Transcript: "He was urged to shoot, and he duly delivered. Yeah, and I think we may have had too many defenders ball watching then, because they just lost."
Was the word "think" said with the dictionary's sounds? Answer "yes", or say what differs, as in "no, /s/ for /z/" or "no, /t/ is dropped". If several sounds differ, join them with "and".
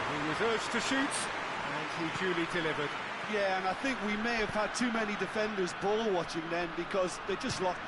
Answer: yes